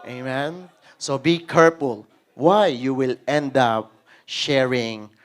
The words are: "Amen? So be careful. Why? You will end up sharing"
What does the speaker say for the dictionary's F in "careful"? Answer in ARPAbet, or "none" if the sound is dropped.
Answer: P